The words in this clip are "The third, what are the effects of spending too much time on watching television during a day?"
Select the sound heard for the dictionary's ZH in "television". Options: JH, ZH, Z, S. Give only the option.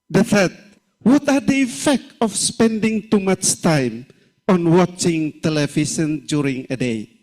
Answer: S